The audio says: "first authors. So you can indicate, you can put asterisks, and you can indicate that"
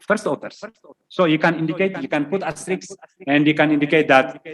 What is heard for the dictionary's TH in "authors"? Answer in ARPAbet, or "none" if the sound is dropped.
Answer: T